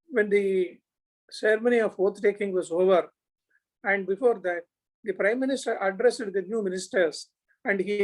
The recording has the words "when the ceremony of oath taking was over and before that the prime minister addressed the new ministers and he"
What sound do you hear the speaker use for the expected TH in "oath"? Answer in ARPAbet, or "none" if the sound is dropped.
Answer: T